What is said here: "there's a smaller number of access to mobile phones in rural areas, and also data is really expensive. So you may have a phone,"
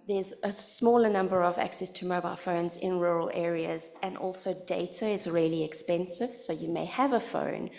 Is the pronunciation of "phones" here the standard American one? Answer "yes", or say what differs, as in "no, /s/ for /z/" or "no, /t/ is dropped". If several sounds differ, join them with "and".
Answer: yes